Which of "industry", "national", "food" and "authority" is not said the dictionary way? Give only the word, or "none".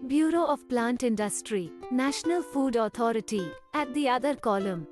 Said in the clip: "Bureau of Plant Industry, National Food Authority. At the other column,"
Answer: authority